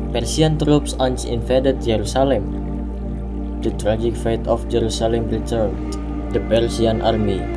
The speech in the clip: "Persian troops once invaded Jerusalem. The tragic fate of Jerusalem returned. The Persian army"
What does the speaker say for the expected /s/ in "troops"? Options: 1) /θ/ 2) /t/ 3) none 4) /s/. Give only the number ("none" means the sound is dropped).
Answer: 4